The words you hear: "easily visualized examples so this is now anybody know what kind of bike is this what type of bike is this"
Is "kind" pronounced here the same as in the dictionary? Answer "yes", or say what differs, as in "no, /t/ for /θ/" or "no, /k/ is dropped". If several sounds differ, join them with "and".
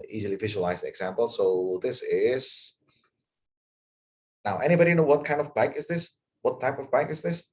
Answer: yes